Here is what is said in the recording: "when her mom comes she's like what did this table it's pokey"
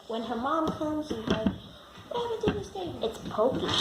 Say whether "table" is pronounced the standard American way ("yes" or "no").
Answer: no